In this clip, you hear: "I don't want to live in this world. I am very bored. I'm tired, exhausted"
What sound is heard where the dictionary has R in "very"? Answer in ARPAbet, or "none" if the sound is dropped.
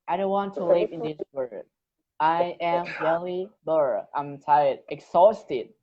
L